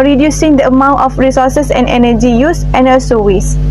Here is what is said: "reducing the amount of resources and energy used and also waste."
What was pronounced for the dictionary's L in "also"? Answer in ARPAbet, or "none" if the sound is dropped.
none